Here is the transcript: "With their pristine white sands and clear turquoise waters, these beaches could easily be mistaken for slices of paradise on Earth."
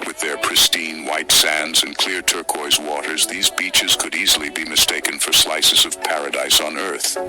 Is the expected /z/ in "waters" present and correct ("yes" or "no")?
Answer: yes